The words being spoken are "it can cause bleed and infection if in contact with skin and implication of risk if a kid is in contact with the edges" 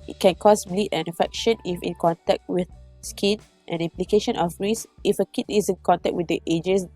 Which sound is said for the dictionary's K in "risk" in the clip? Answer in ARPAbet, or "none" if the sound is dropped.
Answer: none